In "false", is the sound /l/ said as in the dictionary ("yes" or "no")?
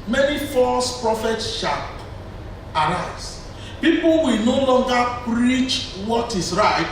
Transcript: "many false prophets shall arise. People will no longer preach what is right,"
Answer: no